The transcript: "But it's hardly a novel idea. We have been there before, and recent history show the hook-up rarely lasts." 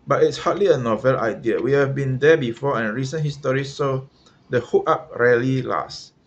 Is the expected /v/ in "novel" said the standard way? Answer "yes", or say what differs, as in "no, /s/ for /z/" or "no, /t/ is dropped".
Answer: yes